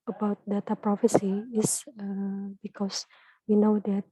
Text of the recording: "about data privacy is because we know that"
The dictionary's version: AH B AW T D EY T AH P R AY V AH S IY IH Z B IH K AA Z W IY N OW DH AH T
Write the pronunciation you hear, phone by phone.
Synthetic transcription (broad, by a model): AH B AW T D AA T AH P R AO F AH S IY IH S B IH K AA S W IY N OW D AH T